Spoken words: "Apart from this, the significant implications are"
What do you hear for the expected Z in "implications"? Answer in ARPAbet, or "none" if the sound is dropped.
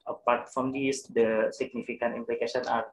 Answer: none